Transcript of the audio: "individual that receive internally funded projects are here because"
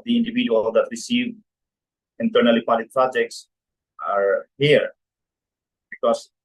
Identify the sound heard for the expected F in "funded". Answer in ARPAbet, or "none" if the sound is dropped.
P